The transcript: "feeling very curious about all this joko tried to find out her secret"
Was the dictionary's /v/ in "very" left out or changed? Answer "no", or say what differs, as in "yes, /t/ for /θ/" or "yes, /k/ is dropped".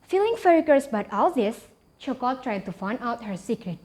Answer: yes, /f/ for /v/